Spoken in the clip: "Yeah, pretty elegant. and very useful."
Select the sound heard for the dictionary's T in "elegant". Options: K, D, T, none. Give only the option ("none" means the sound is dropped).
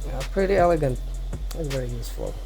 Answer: T